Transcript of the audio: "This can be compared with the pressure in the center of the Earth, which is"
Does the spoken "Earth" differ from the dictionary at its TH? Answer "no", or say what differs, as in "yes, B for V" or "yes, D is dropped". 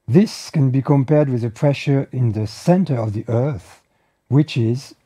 no